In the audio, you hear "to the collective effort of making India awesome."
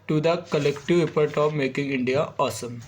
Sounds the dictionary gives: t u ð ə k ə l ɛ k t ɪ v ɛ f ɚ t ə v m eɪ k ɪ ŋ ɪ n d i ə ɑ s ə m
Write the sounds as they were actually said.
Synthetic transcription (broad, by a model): t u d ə k ə l ɛ k t ɪ v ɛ p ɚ t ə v m eɪ k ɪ ŋ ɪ n d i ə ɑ s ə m